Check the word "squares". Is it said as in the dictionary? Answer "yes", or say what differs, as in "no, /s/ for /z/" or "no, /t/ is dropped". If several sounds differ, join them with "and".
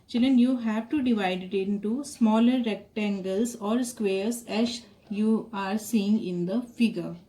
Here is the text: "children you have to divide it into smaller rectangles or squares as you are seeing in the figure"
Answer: no, /s/ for /z/